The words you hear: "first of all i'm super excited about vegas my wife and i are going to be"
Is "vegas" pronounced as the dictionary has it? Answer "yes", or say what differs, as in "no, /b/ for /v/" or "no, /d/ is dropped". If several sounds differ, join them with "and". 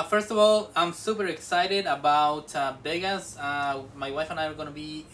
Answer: no, /b/ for /v/